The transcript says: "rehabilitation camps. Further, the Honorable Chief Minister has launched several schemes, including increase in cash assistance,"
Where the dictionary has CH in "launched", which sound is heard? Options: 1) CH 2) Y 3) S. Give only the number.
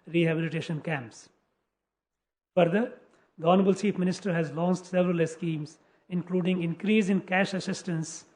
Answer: 3